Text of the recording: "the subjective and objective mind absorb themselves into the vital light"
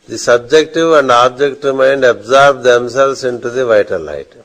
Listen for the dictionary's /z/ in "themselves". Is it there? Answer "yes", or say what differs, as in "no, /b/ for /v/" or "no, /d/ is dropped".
no, /s/ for /z/